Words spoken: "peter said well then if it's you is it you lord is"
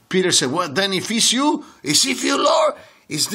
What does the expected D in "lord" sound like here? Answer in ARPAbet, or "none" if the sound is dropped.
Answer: none